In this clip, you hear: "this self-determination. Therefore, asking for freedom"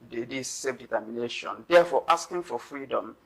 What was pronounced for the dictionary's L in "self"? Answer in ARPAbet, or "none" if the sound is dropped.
none